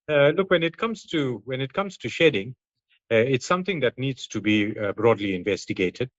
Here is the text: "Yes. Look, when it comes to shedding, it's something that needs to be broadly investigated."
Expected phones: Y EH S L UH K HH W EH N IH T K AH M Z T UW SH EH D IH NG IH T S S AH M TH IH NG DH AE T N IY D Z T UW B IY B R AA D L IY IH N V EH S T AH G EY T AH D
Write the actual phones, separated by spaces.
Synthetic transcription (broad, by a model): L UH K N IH K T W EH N IH T K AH M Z T UW SH EH D IH NG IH T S S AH M T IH NG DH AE T N IY D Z T UW B IY B R AA D L IY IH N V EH S T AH G EY T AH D